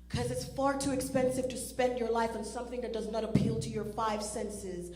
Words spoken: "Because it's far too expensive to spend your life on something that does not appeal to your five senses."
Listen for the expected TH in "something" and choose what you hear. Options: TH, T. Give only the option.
TH